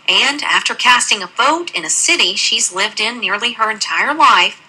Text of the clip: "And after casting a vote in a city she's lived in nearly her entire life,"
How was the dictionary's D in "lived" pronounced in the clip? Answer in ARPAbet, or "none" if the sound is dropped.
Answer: D